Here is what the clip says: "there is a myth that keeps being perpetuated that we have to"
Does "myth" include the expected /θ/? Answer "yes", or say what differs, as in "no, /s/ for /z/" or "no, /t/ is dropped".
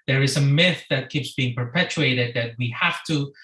yes